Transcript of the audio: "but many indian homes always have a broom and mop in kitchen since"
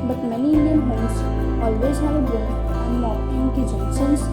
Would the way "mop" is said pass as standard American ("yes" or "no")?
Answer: no